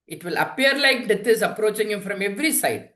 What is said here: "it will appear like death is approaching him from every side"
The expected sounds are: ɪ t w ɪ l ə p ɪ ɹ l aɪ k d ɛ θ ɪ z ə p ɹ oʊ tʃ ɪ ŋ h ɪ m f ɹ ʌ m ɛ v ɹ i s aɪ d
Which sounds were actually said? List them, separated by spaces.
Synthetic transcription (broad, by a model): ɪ t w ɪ l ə p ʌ ɹ l aɪ k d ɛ t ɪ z ə p ɹ oʊ tʃ ɪ ŋ h ɪ m f ɹ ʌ m ɛ v ɹ i s aɪ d